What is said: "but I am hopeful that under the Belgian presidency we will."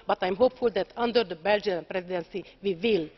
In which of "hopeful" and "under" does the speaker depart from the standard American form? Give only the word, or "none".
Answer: none